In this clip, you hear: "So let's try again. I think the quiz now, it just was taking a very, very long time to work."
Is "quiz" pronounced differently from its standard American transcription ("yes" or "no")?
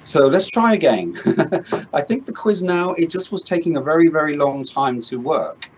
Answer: no